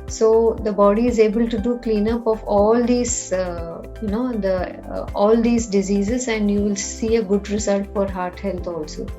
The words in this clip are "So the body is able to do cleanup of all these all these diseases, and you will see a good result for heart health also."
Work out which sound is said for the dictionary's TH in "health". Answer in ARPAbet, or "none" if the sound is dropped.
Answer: T